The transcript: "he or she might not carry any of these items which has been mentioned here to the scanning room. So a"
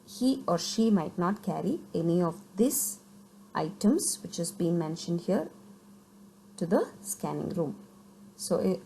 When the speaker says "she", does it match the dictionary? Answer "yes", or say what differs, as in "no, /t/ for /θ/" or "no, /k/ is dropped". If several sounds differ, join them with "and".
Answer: yes